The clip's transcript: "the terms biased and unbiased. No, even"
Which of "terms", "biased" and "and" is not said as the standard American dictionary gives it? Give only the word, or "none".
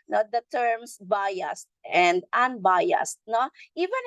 terms